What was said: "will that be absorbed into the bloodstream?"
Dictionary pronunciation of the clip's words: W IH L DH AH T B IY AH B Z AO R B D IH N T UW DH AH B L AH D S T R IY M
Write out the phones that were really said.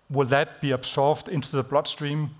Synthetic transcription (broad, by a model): W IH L DH AH T B IY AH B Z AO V D IH N T UW DH AH B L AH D S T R IY M